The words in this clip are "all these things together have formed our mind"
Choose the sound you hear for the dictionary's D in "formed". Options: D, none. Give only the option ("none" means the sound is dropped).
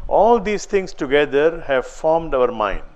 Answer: D